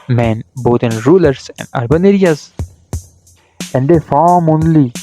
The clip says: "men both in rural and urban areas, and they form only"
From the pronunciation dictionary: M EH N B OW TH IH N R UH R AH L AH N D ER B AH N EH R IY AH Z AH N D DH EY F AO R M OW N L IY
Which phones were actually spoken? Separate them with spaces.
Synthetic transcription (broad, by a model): M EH N B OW T IH N R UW L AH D AH N D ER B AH N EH R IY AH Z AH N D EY F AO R M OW N L IY